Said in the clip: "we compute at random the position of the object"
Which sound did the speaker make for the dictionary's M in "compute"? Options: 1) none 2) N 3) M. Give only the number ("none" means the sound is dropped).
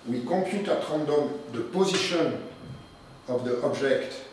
1